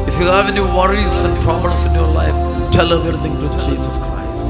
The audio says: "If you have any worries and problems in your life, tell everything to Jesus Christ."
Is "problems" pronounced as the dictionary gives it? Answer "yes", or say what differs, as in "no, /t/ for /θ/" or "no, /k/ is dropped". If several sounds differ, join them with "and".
no, /s/ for /z/